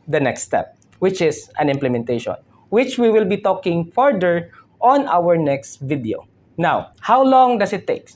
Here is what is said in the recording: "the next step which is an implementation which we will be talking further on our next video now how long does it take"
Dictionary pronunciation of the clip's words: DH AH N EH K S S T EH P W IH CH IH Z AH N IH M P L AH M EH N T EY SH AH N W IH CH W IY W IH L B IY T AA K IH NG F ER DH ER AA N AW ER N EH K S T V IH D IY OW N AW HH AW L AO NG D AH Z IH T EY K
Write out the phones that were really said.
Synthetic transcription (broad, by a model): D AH N EH K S S T EH P W IH CH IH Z AH N IH M P L AH M EH N T EY SH AH N W IH CH W IY W IH L B IY T AA K IH NG F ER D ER AA N AW ER N EH K S T V IH D IY OW N AW HH AW L AO NG D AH S IH T EY K